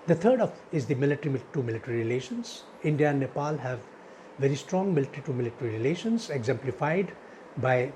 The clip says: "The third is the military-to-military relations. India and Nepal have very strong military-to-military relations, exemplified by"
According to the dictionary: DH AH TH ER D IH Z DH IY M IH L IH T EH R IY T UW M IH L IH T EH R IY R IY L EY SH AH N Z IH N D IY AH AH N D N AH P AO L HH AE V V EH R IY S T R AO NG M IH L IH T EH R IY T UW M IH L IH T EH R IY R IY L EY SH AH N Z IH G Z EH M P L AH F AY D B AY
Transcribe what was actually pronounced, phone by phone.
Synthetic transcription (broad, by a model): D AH T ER D IH Z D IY M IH L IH T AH R IY T UW M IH L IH T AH R IY R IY L EY SH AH N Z IH N D IY AH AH N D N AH P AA L HH AE V V EH R IY S T R AO NG M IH L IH T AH R IY T UW M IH L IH T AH R IY R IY L EY SH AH N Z IH G Z EH M P L AH F AY D B AY